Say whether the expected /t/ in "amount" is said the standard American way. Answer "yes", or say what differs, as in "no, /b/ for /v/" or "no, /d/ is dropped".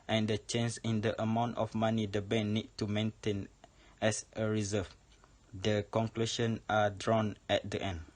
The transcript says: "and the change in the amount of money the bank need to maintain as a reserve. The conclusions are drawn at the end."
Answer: yes